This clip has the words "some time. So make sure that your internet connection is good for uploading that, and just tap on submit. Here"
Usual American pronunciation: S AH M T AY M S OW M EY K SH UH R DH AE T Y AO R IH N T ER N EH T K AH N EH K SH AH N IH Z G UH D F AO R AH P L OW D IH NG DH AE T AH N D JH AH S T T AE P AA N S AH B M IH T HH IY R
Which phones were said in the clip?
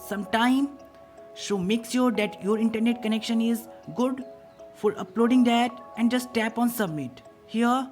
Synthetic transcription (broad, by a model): S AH M T AY M SH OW M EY K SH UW R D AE T Y AO R IH N T ER N EH T K AH N EH K SH AH N IH Z G UH D F AO R AH P L OW D IH NG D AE T AH N D JH AH S T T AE P AA N S AH B M IH T HH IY R